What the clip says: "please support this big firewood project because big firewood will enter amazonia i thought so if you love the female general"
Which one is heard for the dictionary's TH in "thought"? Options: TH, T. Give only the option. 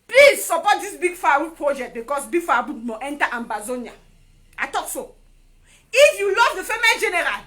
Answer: T